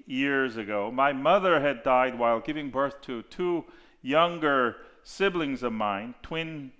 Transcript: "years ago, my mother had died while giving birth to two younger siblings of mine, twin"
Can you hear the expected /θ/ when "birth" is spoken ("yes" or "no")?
yes